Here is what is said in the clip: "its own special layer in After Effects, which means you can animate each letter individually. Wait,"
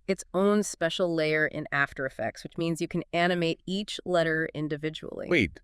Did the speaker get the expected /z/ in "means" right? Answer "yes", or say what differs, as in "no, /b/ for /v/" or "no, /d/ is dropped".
yes